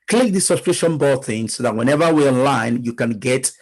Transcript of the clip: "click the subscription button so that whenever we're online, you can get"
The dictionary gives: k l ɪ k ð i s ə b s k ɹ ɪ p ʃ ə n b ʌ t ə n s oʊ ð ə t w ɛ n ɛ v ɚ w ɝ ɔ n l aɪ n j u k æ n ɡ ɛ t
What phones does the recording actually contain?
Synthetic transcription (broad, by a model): k l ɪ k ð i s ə s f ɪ ʃ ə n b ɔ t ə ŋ s oʊ ð ə t w ɛ n ɛ v ɚ w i ɔ n l aɪ n j u k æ n ɡ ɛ t